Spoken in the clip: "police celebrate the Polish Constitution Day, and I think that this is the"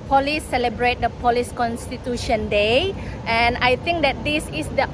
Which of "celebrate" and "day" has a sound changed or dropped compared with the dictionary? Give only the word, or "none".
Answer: none